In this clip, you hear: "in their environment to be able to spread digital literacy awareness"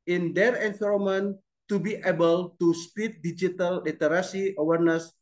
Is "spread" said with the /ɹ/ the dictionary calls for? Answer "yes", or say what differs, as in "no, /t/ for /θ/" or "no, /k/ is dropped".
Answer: no, /ɹ/ is dropped